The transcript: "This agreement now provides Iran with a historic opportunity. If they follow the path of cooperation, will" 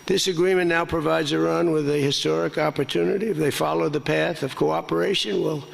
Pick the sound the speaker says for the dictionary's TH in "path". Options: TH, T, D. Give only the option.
TH